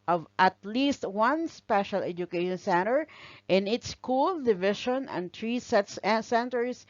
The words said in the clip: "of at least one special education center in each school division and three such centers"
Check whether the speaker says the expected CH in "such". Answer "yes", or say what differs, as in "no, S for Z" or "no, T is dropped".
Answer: no, S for CH